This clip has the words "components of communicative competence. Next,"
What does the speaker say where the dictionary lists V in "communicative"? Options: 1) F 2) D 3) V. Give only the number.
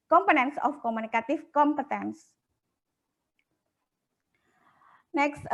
1